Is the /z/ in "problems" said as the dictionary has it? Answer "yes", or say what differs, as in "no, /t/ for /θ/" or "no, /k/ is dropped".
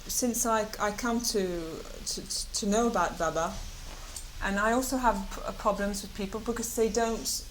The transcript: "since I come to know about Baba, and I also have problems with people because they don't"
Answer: yes